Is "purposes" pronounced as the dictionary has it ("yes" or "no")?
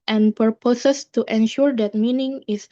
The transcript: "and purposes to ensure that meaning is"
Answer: no